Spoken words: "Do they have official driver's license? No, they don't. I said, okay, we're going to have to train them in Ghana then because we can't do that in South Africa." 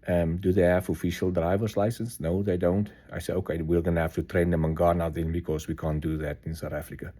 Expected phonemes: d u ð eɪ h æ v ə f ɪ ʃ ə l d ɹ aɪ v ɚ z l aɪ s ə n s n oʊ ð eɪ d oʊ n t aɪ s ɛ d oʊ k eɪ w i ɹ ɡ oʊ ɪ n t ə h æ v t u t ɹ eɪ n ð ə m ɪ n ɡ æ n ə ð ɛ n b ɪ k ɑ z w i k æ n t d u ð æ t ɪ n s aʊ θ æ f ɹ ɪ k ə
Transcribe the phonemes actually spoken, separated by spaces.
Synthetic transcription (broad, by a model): d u ð eɪ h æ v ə f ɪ ʃ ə l d ɹ aɪ v ɚ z l aɪ s ə n s n oʊ ð eɪ d oʊ n t aɪ s ɛ d oʊ k eɪ w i l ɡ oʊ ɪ n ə h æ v t u t ɹ eɪ n ð ə m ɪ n ɡ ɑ n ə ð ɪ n b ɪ k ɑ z w i k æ n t d u ð æ t ɪ n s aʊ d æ f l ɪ k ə